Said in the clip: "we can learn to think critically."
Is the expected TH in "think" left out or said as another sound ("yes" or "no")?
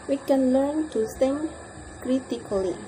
yes